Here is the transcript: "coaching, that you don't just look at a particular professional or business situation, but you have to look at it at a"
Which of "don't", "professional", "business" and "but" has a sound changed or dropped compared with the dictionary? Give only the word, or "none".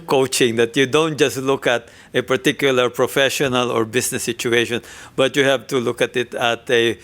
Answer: business